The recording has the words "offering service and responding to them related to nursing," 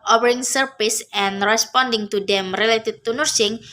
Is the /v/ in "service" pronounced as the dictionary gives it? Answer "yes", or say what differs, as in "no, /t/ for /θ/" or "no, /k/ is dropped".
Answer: no, /p/ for /v/